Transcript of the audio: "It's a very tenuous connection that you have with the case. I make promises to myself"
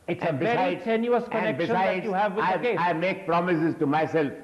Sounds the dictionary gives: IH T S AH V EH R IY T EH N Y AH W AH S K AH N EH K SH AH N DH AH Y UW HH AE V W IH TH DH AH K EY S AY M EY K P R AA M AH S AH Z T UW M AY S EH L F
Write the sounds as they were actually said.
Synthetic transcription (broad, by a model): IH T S AH B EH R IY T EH N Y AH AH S K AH N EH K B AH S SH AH Y UW HH AE V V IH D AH K EY S AY M EY K P R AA M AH S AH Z T UW M AY S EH L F